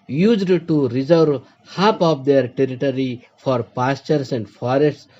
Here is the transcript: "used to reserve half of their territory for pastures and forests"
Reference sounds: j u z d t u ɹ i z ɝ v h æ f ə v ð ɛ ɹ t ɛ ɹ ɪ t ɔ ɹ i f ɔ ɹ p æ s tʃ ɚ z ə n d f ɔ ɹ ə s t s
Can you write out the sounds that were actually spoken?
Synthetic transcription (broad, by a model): j u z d t u ɹ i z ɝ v h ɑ p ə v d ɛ ɹ t ɛ ɹ ɪ t ɔ ɹ i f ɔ ɹ p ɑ s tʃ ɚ s ə n d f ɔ ɹ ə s t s